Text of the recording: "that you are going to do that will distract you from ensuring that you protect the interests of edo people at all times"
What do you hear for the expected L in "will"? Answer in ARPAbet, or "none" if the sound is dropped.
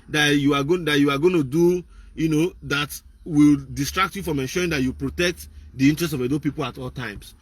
L